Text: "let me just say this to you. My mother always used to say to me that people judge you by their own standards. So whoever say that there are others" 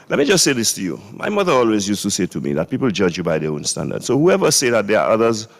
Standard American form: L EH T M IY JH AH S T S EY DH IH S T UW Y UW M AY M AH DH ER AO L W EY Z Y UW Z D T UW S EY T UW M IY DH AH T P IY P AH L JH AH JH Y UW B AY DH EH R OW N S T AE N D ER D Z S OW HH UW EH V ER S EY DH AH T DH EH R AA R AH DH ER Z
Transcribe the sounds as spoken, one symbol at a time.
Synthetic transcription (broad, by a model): L EH T M IY JH AH S T S EY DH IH S T UW Y UW M AY M AH DH ER AO L W EY Z Y UW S T UW S EY T UW M IY DH AH T P IY P L JH AH JH Y UW B AY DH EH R OW N S T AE N D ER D S OW HH UW EH V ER S EY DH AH T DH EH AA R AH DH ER Z